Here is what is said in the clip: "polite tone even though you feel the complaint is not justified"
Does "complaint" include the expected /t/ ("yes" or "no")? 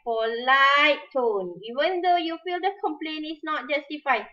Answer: no